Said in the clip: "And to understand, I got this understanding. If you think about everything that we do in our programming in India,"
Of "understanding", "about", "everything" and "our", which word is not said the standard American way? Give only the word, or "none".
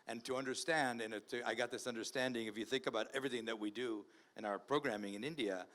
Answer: none